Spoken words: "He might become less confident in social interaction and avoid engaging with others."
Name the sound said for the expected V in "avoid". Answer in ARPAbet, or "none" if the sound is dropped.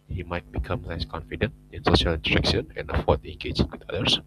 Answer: F